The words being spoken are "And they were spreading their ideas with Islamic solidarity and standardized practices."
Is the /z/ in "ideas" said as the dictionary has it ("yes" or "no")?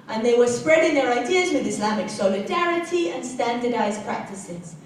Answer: yes